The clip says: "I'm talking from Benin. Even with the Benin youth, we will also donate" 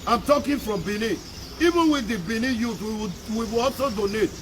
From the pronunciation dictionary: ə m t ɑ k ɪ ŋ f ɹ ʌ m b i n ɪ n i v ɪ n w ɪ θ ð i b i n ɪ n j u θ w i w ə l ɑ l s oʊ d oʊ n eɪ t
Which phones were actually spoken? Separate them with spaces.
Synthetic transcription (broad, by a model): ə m t ɑ k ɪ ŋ f ɹ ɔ m b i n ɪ i v ɪ n w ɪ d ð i b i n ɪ j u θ w i w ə w ɑ l s oʊ d oʊ n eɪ t